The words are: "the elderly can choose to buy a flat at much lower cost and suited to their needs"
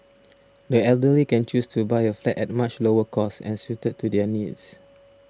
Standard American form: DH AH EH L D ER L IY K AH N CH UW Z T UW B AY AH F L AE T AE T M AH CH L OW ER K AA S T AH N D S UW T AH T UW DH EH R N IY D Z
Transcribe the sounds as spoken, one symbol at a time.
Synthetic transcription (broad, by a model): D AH EH L D ER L IY K AH N CH UW S T UW B AY AH F L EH T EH T M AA CH L OW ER K AA S AH N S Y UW T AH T UW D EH N IY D S